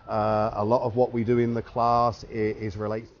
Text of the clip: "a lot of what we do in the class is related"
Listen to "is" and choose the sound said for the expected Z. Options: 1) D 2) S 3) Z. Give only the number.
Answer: 3